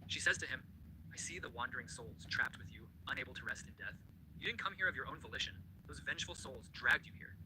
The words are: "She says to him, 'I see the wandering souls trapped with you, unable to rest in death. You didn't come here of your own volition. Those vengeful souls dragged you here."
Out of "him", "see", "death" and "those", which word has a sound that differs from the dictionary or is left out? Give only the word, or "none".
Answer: none